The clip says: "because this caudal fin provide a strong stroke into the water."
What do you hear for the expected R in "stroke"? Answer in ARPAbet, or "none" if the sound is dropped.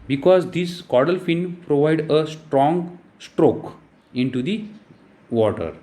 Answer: R